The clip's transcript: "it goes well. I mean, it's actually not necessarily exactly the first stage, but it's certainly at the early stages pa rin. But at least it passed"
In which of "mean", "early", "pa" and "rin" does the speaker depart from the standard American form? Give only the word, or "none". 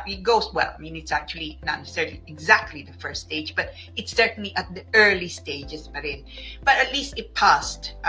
pa